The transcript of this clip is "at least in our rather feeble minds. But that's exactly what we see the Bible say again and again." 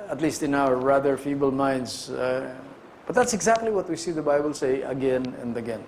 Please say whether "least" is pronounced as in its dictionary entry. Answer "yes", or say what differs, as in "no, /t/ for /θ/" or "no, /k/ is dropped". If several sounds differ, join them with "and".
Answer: yes